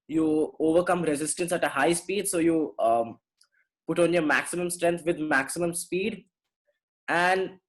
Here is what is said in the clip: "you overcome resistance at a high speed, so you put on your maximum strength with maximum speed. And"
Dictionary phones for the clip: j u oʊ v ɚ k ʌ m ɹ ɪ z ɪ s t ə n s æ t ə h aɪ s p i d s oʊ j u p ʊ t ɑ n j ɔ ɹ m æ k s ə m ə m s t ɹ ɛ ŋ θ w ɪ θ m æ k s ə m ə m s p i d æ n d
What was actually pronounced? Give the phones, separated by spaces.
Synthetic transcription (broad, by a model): j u oʊ v ɚ k ʌ m ɹ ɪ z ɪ s t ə n s æ t ə h aɪ s p i d s oʊ j u p ʊ t ɑ n j ɔ ɹ m æ k s ə m ə m s t ɹ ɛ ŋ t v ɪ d m æ k s ə m ə m s p i d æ n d